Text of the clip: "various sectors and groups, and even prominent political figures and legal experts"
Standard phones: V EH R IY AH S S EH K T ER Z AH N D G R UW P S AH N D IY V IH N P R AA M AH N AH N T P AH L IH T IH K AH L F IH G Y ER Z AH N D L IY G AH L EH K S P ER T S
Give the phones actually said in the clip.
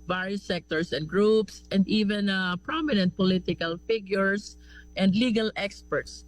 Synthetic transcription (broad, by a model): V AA R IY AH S S EH K T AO S AH N D G R UW P S AH N D IY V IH N P R AA M AH N AH N T P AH L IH T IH K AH L F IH G Y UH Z AH N D L IY G AH L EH K S P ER T S